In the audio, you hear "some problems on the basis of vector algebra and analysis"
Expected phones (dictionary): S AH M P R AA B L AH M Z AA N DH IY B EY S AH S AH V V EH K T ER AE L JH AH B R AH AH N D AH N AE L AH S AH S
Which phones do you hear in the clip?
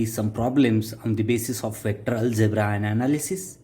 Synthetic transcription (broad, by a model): S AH M P R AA B L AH M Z AA N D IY B EY S AH S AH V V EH T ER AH L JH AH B R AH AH N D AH N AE L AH S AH S